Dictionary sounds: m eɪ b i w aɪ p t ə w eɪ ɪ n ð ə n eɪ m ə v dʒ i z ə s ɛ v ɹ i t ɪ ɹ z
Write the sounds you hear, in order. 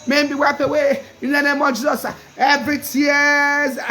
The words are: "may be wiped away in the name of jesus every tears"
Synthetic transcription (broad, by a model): m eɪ b i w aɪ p ə w eɪ ɪ n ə n eɪ m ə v dʒ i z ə s ɛ v ɹ i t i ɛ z